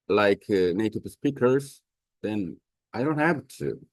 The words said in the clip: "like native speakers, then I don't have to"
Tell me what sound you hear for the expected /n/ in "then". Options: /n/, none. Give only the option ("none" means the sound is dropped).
/n/